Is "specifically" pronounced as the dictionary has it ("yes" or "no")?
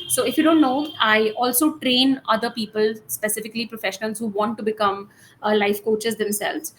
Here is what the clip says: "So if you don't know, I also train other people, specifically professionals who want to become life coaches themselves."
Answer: yes